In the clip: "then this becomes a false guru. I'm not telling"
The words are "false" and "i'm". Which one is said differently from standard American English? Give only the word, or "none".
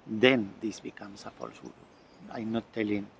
false